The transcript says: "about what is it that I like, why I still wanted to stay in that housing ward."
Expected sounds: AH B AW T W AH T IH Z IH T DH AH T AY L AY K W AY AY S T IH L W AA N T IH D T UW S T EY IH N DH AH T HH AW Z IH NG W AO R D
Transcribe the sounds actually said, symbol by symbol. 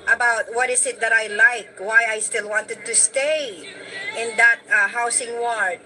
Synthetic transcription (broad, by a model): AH B AW T W AH T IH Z IH T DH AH T AY L AY K W AY AY S T IH L W AA N T IH D T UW S T EY IH N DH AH T HH AW S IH NG W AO R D